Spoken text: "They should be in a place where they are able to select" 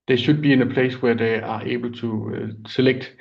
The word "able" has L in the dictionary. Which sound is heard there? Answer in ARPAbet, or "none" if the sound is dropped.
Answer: L